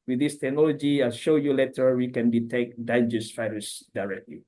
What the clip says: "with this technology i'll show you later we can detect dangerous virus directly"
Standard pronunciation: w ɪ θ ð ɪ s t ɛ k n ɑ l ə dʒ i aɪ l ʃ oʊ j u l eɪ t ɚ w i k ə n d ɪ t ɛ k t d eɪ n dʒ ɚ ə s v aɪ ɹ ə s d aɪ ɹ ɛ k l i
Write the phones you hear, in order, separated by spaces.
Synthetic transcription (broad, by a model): w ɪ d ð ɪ s t ɛ k n ɑ l ə dʒ i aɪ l ʃ oʊ j u l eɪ t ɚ w i k ə n d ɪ t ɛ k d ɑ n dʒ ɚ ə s f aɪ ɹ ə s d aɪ ɹ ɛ k l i